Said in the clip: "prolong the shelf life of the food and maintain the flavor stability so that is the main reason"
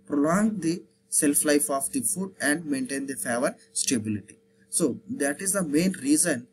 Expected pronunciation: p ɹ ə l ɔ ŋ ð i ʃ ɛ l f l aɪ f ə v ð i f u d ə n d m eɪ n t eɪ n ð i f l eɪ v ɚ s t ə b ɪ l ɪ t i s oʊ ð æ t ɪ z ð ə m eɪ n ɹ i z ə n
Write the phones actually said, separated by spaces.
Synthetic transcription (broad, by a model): p ɹ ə l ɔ ŋ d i s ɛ l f l aɪ f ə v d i f u d ə n d m eɪ n t eɪ n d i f eɪ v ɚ s t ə b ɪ l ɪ t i s oʊ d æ t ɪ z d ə m eɪ n ɹ i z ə n